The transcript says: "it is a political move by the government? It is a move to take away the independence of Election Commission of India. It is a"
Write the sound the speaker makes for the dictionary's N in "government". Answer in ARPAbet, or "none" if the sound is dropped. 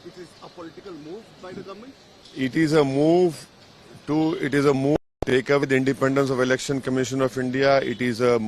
none